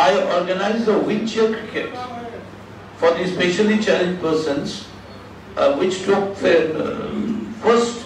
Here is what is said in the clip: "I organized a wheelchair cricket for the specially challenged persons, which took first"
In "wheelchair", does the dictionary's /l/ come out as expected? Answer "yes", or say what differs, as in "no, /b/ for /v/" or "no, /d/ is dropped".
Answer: no, /n/ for /l/